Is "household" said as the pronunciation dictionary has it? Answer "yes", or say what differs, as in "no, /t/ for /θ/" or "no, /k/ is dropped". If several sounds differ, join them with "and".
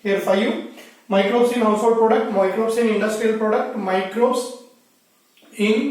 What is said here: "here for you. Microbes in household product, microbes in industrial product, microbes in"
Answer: no, /l/ is dropped